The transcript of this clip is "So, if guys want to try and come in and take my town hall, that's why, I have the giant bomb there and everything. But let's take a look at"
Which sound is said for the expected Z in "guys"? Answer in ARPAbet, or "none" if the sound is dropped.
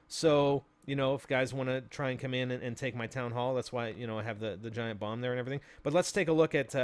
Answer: Z